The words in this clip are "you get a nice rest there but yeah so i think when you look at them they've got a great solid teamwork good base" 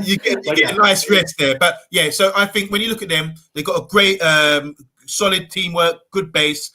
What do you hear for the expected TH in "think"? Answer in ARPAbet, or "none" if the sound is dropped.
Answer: TH